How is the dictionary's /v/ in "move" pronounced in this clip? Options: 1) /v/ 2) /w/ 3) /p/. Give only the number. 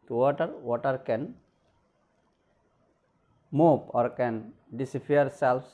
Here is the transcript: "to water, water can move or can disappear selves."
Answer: 3